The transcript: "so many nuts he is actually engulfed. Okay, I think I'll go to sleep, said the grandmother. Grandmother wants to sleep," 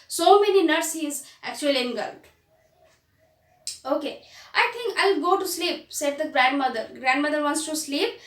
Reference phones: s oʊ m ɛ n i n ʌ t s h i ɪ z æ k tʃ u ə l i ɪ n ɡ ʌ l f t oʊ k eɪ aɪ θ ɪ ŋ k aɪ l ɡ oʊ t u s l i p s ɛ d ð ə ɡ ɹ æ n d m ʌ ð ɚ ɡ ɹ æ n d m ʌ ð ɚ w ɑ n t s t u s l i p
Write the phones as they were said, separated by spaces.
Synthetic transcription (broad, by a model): s oʊ m ɛ n i n ʌ t s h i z æ k tʃ u ə l i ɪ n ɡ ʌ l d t oʊ k eɪ aɪ t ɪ ŋ k aɪ l ɡ oʊ t u s l i p s ɛ d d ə ɡ ɹ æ n d m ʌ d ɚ ɡ ɹ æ n d m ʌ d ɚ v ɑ n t s t u s l i p